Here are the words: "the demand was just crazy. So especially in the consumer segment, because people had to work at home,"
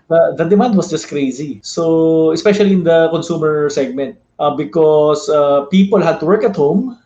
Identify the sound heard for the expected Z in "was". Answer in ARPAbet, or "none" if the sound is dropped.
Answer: S